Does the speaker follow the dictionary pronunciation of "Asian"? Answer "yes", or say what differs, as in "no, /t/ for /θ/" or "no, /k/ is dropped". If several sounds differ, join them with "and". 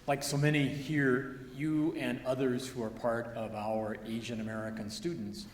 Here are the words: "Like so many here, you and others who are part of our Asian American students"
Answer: yes